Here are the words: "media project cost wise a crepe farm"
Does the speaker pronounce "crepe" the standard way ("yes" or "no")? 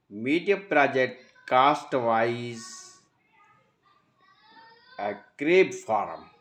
no